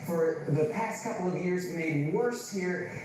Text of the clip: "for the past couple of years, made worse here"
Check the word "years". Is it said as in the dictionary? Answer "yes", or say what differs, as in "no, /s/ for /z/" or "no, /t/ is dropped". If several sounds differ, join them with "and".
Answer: yes